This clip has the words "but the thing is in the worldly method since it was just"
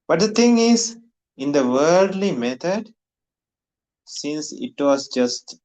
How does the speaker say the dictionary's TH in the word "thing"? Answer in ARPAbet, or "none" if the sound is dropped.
T